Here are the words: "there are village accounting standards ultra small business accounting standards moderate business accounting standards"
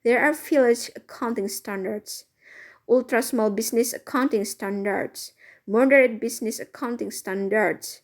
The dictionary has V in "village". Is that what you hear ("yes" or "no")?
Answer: no